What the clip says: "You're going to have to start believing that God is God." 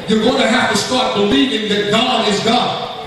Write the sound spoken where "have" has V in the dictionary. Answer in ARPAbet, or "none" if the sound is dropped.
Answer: F